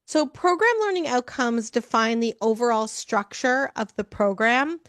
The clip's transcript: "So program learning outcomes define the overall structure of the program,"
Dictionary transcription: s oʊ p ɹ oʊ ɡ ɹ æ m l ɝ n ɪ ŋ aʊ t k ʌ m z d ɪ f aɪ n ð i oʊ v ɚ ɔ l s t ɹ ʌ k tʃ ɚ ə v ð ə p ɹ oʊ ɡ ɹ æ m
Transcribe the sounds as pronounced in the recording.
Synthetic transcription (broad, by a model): s oʊ p ɹ oʊ ɡ ɹ æ m l ɝ n ɪ ŋ aʊ t k ʌ m z d ɪ f aɪ n ð i oʊ v ɚ ɔ l s t ɹ ʌ k tʃ ɚ ə v ð ə p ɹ oʊ ɡ ɹ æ m